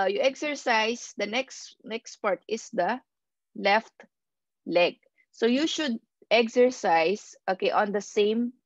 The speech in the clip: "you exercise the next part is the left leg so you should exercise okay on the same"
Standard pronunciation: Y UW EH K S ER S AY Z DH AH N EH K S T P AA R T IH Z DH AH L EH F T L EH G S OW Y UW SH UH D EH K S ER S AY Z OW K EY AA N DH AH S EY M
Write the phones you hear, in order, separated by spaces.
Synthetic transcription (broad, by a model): Y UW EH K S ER S AY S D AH N EH K S T P AA R T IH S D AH L EH F T L EH G S OW Y UW SH UH D EH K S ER S AY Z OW K EY AA N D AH S EY M